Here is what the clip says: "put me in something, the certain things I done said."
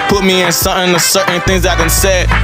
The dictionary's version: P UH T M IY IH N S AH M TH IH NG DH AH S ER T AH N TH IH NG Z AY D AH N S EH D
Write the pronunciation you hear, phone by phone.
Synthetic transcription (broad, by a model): P UH T M IY IH N S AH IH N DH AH S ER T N TH IH NG Z AY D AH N S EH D